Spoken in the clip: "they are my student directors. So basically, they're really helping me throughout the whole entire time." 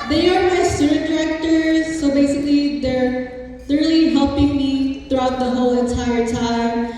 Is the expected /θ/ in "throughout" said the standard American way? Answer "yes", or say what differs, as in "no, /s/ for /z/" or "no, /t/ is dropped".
yes